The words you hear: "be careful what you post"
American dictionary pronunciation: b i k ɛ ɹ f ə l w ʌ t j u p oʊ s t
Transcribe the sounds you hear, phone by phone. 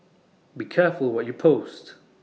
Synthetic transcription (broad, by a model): b i k ɛ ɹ f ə l w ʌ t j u p oʊ s t